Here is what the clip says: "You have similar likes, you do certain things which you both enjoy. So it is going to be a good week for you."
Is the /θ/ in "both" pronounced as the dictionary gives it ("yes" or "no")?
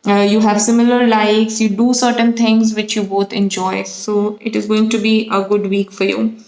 no